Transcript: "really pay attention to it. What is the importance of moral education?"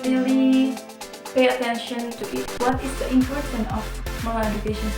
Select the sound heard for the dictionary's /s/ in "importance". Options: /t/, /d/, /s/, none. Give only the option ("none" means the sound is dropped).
none